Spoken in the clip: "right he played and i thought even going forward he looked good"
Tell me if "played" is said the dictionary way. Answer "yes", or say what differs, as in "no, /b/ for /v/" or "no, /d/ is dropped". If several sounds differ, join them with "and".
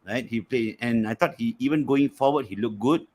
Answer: no, /d/ is dropped